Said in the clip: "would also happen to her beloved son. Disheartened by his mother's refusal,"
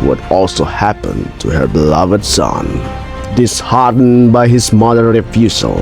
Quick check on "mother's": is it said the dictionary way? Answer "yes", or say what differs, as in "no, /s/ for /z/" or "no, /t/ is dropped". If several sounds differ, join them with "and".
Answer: no, /z/ is dropped